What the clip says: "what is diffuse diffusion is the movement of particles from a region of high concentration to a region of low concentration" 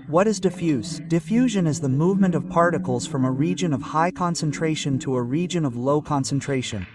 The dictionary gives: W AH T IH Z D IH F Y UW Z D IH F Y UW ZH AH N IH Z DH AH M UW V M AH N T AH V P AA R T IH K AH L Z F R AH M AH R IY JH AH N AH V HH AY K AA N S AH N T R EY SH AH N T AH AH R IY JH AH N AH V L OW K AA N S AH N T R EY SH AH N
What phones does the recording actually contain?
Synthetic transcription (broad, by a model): W AH T IH Z D IH F Y UW Z D IH F Y UW ZH AH N IH Z DH AH M UW V M AH N T AH V P AA R T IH K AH L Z F R AH M AH R IY JH AH N AH V HH AY K AA N S AH N T R EY SH AH N T AH AH R IY JH AH N AH V L OW K AA N S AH N T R EY SH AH N